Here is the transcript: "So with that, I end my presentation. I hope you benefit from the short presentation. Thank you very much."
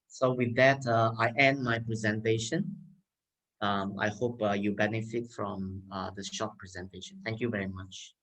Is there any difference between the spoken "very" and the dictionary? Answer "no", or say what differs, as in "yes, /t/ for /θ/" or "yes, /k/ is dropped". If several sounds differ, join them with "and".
no